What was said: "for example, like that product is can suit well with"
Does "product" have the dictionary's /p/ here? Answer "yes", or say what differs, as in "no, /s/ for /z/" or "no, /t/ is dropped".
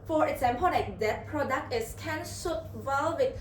yes